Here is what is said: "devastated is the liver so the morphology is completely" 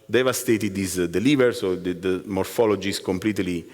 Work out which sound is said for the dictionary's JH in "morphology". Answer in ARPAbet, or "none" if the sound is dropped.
JH